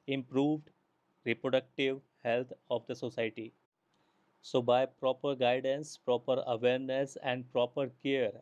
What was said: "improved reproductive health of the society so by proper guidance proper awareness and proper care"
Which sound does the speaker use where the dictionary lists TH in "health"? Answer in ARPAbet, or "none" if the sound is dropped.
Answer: T